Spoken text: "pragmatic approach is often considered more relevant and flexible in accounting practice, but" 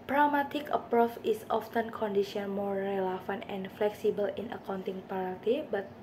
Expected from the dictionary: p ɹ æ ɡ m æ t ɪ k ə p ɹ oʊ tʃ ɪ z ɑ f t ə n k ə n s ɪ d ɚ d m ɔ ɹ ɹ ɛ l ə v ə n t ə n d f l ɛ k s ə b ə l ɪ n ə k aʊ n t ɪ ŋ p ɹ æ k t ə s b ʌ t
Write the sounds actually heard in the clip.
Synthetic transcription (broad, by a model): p ɹ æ m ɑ t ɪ k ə p ɹ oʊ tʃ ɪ s ɑ f t ə n k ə n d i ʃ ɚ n m ɔ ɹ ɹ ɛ l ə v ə n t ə n f l ɛ k s ə b ə l ɪ n ə k aʊ n t ɪ ŋ p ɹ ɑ t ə b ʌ t